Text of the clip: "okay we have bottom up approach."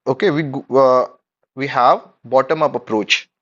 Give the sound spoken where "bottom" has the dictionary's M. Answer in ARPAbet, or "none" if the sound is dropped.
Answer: M